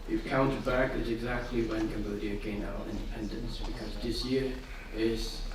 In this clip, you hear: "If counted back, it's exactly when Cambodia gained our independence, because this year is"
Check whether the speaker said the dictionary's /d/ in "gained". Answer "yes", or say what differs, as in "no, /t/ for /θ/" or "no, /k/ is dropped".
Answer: no, /d/ is dropped